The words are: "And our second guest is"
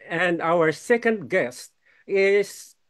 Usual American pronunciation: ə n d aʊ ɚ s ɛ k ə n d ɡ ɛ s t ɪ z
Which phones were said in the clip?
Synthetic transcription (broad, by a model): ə n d aʊ ɚ s ɛ k ə n d ɡ ɛ s t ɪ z